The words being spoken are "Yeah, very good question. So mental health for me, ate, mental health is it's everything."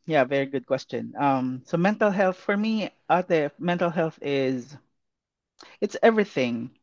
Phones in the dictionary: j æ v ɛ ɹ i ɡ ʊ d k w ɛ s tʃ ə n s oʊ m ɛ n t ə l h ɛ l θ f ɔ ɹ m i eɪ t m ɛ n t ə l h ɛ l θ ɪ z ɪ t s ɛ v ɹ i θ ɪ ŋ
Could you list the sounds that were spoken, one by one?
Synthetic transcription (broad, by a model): j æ v ɛ ɹ i ɡ ʊ d k w ɛ s tʃ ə n s oʊ m ɛ n t ə l h ɛ l θ f ɔ ɹ m i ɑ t m ɛ n t ə l h ɛ l θ ɪ z ɪ t s ɛ v ɹ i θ ɪ ŋ